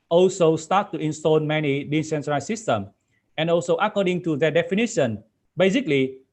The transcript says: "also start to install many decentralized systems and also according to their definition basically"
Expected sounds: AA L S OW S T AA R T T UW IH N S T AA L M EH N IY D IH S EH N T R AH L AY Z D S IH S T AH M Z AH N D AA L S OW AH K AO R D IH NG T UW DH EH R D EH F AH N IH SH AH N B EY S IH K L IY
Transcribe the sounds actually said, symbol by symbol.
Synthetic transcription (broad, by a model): AA L S OW S T AA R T T UW IH N S T AA L M EH N IY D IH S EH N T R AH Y S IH S T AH M AH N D AA L S OW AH K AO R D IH NG T UW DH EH D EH F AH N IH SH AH N B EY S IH K L IY